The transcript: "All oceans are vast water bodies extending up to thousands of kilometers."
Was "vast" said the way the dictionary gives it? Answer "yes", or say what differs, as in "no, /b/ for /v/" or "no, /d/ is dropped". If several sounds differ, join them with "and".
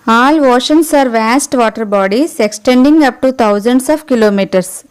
yes